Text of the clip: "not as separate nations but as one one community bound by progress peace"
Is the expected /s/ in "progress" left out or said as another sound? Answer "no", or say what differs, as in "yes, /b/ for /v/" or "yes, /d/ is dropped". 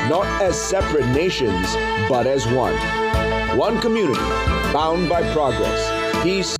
no